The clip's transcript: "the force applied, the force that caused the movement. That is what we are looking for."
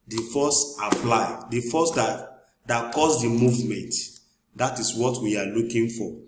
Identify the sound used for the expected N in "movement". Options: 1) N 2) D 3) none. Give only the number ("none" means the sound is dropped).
1